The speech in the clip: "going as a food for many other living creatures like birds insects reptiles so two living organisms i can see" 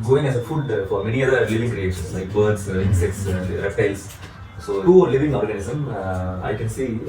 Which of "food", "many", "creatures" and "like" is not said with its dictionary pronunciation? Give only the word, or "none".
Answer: creatures